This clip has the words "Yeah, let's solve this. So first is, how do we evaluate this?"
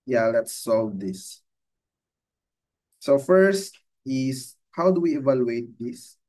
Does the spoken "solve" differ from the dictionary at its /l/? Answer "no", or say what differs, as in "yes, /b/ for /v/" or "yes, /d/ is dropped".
no